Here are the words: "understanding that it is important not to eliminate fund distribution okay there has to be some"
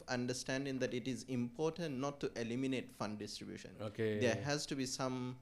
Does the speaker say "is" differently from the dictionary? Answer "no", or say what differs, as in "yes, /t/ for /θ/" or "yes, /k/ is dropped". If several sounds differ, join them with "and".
no